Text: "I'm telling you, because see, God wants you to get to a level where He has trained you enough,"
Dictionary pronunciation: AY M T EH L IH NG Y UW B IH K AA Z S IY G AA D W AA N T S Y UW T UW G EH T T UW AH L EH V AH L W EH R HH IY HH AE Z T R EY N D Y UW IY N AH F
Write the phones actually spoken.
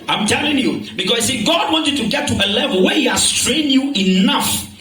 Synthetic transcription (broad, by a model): AY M T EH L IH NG Y UW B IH K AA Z S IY G AA D W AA N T Y UW T UW G EH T T UW AH L EH V AH L W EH HH IY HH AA S T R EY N Y UW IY N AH F